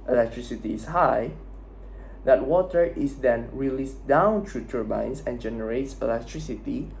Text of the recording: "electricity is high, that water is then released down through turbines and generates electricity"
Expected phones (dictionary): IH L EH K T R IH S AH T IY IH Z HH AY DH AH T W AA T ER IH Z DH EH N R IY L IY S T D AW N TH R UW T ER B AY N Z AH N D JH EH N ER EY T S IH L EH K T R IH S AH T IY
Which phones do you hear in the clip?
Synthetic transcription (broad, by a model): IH L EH K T R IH S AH T IY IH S HH AY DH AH T W AA T ER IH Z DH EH N R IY L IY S D AW N T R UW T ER B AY N S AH N JH EH N ER EY T S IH L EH K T R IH S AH T IY